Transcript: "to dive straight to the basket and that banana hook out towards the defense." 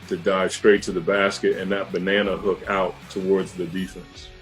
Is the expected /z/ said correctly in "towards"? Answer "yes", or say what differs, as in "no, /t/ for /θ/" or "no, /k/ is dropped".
yes